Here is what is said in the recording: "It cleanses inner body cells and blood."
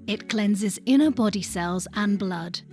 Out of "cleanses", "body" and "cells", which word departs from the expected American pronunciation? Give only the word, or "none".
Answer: none